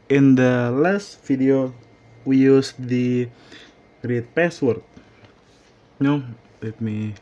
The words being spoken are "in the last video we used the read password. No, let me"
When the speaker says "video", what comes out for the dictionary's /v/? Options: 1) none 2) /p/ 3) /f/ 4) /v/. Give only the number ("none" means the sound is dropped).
3